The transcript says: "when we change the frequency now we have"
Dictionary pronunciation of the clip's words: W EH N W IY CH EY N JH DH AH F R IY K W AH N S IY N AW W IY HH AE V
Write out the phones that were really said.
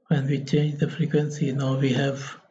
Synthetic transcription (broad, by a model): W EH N W IY CH EY N JH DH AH F R IY K W AH N S IY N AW W IY HH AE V